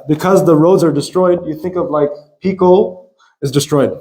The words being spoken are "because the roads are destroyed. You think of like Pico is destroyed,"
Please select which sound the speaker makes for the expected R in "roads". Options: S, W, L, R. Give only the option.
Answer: R